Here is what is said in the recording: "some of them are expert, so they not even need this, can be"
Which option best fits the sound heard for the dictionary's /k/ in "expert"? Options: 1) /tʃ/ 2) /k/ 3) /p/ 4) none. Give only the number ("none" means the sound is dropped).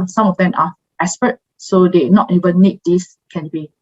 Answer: 4